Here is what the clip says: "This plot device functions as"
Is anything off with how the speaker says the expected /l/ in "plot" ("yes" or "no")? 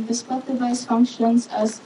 yes